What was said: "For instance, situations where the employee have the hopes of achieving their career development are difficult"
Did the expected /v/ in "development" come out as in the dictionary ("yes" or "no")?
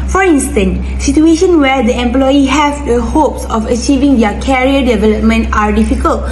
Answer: yes